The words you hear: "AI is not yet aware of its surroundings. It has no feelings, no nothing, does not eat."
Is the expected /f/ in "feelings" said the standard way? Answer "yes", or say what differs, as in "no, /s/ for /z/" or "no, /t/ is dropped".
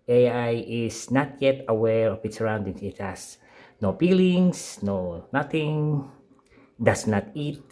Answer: no, /p/ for /f/